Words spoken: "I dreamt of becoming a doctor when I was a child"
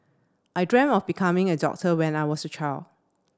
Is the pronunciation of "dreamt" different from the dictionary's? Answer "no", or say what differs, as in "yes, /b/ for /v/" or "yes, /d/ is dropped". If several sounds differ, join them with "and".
yes, /t/ is dropped